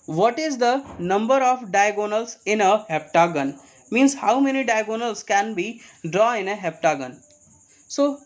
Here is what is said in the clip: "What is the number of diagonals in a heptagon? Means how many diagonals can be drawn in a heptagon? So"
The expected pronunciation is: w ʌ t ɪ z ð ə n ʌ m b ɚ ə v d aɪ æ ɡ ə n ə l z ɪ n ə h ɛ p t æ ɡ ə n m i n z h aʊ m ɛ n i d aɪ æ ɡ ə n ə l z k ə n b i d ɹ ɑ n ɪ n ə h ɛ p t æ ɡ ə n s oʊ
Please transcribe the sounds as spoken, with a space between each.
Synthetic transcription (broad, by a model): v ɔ t ɪ z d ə n ʌ m b ɚ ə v d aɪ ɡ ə n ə l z ɪ n ə h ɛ p t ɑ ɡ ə n m i n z h aʊ m ɛ n i d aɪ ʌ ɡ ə n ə l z k ə n b i d ɹ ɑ ɪ n ə h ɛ p t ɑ ɡ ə n s oʊ